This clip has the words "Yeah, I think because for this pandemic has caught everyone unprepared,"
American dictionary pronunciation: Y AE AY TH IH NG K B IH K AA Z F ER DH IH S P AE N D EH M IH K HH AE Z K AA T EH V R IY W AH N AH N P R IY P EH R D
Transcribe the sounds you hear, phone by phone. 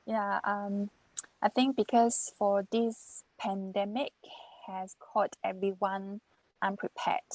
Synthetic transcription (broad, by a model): Y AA AY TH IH NG K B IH K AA S F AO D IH S P AE N D EH M IH K HH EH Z K AA T EH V R IY W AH N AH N P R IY P EH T